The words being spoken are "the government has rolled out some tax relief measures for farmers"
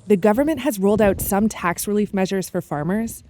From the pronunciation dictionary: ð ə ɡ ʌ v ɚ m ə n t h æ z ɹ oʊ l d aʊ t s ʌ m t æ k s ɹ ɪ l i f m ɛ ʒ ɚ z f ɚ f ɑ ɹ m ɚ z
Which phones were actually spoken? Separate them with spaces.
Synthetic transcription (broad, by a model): ð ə ɡ ʌ v ɚ m ə n t h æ z ɹ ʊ l d aʊ t s ʌ m t æ k s ɹ ɪ l i f m ɛ ʒ ɚ z f ɚ f ɑ ɹ m ɚ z